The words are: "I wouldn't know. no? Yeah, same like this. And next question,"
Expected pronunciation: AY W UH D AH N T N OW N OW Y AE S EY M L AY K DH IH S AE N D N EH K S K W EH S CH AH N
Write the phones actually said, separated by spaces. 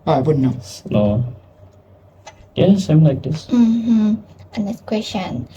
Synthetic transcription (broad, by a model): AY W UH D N N OW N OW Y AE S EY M L AY K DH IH S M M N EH S K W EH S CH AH N